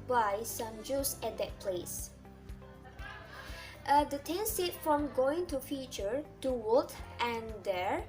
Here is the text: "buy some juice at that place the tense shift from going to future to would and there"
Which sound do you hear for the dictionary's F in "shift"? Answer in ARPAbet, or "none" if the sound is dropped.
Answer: none